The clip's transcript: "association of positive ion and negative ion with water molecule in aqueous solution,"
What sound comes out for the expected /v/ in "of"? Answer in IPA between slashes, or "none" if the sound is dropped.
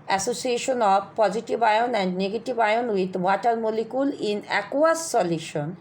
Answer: /b/